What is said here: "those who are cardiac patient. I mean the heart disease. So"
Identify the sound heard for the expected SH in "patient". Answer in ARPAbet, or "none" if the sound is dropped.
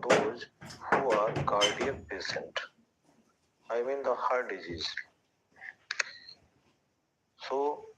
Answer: S